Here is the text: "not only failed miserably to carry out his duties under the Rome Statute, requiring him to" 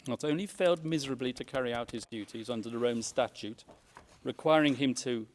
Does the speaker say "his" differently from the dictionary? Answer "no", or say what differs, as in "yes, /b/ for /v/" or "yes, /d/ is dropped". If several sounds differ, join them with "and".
no